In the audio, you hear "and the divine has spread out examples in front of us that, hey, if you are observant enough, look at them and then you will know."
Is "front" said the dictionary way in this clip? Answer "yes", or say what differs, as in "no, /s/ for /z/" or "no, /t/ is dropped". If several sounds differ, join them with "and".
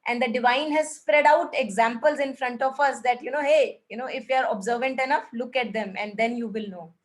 yes